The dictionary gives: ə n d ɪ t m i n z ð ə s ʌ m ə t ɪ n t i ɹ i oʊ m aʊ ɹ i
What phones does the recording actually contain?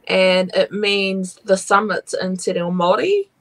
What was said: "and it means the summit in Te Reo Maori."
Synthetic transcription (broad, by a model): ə n ɪ t m i n z ð ə s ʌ m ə t ɪ n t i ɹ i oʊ m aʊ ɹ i